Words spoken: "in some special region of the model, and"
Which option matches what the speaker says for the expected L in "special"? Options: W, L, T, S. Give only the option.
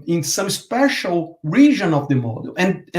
L